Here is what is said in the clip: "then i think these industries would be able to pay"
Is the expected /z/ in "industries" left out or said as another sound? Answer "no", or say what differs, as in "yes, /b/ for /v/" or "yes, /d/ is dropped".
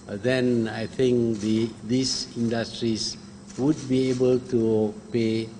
yes, /s/ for /z/